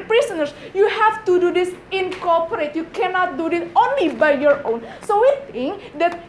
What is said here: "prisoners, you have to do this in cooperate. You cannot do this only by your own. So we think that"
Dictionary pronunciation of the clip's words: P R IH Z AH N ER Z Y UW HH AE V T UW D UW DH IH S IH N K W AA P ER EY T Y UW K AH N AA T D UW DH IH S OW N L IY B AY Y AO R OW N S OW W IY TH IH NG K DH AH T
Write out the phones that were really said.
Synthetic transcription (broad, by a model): P R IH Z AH N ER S Y UW HH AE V T UW D UW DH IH S IH N K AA P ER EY T Y UW K AH N AA T D UW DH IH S OW N L IY B AY Y AO R OW N S OW W IY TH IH NG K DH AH T